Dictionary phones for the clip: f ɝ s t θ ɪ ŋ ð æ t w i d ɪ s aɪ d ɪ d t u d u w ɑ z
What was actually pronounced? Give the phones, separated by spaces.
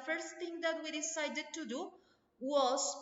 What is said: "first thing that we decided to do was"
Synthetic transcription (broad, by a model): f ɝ s t t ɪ ŋ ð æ t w i d ɪ s aɪ d ɪ d t u d u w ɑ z